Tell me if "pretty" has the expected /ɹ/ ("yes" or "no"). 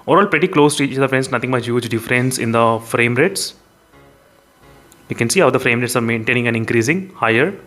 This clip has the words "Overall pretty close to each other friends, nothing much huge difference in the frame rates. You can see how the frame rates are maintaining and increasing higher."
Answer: yes